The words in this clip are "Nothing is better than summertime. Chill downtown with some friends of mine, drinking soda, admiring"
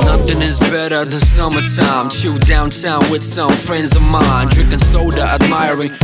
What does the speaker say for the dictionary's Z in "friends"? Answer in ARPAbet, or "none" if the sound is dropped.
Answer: Z